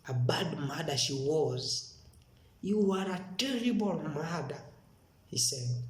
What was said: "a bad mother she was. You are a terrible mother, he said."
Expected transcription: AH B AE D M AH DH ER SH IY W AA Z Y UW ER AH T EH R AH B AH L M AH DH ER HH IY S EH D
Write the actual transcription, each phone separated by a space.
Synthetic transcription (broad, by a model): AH B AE D M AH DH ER SH IY W AA Z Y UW ER AH T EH R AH B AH L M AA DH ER HH IY S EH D